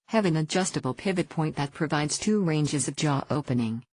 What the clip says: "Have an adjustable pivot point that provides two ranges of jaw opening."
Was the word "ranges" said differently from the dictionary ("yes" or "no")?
no